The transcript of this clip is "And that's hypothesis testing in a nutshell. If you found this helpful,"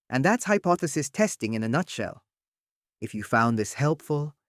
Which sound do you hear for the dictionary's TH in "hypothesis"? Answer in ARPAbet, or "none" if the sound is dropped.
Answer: TH